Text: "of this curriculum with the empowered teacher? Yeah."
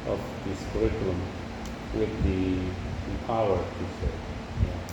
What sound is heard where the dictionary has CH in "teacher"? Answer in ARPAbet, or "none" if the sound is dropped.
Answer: S